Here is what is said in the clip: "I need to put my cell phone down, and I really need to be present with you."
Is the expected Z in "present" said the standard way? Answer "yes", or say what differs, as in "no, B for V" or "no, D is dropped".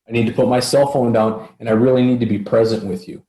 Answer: yes